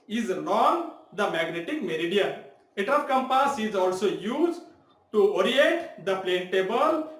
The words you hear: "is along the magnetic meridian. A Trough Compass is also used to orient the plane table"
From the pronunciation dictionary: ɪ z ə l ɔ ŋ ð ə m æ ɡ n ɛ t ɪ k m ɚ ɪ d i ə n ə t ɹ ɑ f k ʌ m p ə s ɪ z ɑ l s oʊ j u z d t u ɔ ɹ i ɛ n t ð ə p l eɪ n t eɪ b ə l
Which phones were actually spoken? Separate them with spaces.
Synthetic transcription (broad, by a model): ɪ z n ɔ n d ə m æ ɡ n ɛ t ɪ k m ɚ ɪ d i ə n ə t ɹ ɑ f k ʌ m p ə s ɪ z ɑ l s oʊ j u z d t u ɔ ɹ i ɛ n t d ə p l eɪ n t eɪ b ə l